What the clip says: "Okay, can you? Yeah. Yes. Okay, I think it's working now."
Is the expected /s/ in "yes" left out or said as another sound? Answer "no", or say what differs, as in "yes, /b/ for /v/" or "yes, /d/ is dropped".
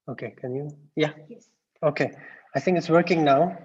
yes, /s/ is dropped